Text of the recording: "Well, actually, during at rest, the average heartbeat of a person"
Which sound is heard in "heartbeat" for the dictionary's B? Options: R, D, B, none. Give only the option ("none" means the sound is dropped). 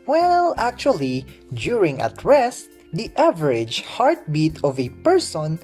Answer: B